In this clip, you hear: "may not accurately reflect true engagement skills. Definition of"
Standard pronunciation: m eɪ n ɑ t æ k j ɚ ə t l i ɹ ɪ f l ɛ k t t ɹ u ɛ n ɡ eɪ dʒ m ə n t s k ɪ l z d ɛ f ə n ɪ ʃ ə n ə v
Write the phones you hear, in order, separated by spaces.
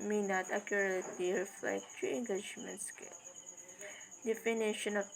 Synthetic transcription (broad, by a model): m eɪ n ɑ t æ k j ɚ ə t l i ɹ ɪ f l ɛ k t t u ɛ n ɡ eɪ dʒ m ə n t s k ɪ l d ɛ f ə n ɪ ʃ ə n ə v